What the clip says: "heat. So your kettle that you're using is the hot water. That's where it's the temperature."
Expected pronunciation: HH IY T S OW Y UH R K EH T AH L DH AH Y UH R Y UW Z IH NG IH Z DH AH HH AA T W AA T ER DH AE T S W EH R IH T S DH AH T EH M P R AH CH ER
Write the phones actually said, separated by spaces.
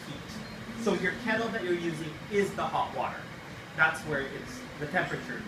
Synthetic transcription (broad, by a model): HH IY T S OW Y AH R K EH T L DH AH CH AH R Y UW Z IH NG IH Z DH AH HH AA T W AA T ER DH AE T S W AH R IH T S DH AH T EH M P R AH CH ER